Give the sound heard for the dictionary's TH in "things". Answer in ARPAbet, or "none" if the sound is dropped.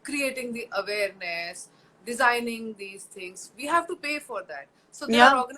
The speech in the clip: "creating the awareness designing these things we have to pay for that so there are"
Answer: T